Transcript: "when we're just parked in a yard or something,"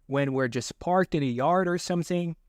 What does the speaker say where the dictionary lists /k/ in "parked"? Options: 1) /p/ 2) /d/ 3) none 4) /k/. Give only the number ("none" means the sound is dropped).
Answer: 4